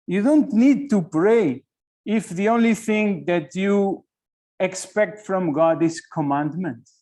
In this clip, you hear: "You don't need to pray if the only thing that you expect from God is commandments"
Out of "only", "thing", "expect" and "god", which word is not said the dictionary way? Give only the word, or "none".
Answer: none